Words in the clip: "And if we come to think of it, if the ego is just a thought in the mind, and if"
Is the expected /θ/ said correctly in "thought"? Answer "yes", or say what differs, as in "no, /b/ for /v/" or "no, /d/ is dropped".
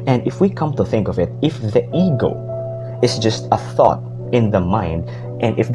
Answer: yes